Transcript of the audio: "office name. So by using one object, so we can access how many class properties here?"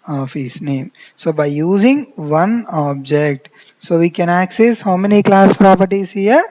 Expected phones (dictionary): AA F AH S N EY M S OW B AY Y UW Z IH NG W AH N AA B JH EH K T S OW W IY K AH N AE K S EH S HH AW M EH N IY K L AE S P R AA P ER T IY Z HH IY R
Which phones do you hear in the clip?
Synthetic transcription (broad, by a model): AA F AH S N EY M S OW B AY Y UW Z IH NG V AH N AA B JH EH K T S OW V IY K AH N AE K S EH S HH AW M EH N IY K L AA S P R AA P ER T IY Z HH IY R